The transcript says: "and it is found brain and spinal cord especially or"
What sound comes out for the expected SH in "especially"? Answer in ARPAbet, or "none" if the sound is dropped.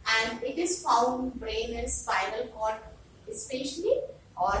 SH